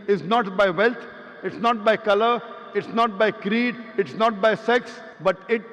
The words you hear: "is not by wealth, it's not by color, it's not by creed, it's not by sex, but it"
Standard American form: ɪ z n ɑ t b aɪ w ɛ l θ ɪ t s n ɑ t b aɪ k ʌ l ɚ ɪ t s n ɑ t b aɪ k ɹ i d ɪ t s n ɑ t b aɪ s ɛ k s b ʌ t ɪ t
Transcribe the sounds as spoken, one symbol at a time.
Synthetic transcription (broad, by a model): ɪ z n ɑ t b aɪ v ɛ l t ɪ t s n ɑ t b aɪ k ʌ l ɚ ɪ t s n ɑ t b aɪ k ɹ i d ɪ t s n ɑ t b aɪ s ɛ k s b ʌ t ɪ t